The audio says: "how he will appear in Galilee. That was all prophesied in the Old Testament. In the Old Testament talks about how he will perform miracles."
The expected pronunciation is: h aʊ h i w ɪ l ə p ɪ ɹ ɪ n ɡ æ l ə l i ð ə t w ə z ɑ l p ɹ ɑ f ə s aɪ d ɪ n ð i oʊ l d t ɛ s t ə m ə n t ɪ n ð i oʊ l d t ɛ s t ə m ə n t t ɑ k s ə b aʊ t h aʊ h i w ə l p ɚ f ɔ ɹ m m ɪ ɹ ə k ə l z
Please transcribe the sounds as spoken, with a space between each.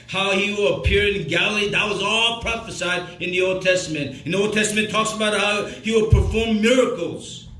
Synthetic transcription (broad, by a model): h aʊ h i w ɪ l ə p ɪ ɹ ɪ n ɡ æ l l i ð ə t w ə z ɑ l p ɹ ɑ f ə s aɪ d ɪ n ð i oʊ l d t ɛ s t ə m ə n t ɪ n ð i oʊ l d t ɛ s t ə m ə n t t ɑ k s ə b aʊ t h aʊ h i w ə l p ɚ f ɔ ɹ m m ɪ ɹ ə k l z